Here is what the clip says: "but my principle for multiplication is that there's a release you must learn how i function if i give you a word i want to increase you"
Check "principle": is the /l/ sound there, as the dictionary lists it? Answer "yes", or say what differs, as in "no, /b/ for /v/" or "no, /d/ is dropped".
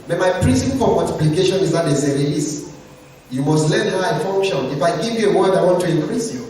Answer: no, /n/ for /l/